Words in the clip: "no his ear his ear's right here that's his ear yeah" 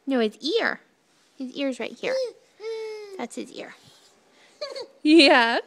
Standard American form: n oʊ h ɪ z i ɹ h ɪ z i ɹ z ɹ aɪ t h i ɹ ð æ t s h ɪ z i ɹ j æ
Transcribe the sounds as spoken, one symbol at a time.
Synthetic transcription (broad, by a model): n oʊ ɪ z i ɹ h ɪ z i ɹ z ɹ aɪ t h i ɹ ð æ t s h ɪ z i ɹ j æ